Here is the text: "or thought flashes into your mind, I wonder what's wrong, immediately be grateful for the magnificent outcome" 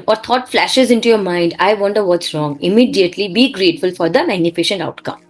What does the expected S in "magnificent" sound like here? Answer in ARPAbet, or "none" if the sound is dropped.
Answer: SH